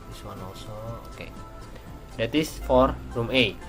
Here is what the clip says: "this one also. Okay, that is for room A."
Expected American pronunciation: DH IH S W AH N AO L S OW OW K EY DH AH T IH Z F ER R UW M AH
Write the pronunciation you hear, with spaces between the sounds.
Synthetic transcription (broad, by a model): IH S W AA N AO S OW OW K EY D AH T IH S F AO R UW M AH